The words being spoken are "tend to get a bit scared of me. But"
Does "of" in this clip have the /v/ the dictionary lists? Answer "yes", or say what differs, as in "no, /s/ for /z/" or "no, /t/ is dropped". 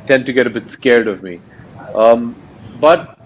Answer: yes